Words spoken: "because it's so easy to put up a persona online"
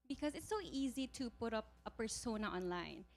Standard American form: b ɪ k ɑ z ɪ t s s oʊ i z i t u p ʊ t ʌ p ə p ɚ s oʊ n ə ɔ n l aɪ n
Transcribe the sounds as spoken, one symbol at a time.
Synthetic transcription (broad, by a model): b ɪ k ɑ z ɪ t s s oʊ i z i t u p ʊ t ʌ p ə p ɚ s oʊ n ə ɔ n l aɪ n